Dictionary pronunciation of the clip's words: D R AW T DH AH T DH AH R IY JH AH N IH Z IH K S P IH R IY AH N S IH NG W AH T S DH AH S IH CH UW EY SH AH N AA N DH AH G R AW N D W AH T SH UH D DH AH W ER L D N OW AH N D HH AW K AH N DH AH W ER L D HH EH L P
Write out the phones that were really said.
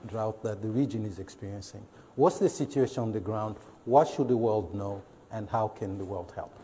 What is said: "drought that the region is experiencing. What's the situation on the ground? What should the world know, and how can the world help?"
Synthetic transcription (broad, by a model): D R AW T DH AH T DH AH R IY JH AH N IH Z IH K S P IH R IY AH N S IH NG W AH T S DH AH S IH CH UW EY SH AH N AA N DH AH G R AW N D W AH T SH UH D DH AH W ER L D N OW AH N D HH AW K AH N DH AH W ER L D HH EH L P